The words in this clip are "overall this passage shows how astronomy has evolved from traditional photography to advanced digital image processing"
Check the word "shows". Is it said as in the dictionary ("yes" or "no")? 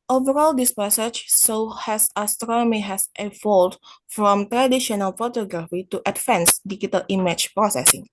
no